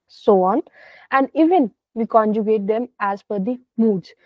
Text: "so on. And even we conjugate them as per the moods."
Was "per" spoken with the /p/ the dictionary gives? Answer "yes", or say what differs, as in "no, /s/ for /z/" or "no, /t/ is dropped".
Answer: no, /f/ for /p/